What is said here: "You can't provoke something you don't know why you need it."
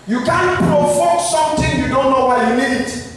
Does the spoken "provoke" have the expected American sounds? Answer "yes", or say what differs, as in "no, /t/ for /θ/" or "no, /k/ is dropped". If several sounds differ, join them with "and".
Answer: no, /f/ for /v/